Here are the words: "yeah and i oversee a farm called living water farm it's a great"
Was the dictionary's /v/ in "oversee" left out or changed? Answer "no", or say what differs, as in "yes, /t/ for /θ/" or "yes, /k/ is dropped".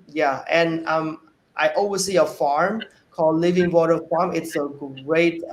yes, /w/ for /v/